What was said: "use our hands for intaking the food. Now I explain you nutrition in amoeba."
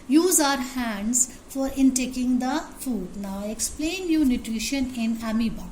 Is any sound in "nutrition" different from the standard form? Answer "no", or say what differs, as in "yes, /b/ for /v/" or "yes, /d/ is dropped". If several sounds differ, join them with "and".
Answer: no